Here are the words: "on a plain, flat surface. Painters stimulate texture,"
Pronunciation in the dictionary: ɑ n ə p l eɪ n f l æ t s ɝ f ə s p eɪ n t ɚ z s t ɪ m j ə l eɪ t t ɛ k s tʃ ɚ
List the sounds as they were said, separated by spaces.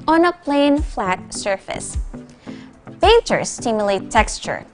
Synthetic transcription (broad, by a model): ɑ n ə p l eɪ n f l æ t s ɝ f ə s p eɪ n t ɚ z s t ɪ m j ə l eɪ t t ɛ k s tʃ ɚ